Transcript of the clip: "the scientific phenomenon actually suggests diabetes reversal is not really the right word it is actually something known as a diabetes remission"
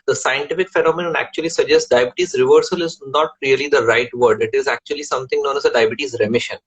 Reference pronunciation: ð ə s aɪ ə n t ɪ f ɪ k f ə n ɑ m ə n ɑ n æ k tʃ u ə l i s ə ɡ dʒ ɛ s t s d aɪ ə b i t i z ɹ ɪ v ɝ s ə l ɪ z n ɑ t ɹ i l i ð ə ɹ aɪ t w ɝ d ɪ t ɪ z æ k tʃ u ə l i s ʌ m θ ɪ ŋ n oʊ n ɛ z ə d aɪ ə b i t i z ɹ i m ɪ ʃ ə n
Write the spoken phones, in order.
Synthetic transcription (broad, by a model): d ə s aɪ ə n t ɪ f ɪ k f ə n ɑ m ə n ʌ n æ k tʃ u ə l i s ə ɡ dʒ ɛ s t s d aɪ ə b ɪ t i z ɹ ɪ v ɝ s ə l ɪ z n ɑ t ɹ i l i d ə ɹ aɪ t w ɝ d ɪ t ɪ z æ k tʃ u ə l i s ʌ m t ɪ ŋ n oʊ n ɛ z ə d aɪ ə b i t i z ɹ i m ɪ ʃ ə n